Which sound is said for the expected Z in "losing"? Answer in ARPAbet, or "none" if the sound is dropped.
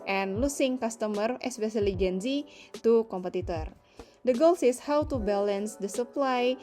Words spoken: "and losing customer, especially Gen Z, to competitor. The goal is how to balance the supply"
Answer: S